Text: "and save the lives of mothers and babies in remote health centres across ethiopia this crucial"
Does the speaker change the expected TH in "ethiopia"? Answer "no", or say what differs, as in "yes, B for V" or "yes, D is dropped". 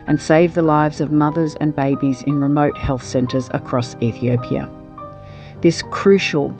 no